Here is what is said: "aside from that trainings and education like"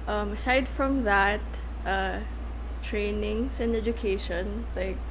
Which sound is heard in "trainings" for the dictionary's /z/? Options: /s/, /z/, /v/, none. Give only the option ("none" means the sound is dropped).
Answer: /s/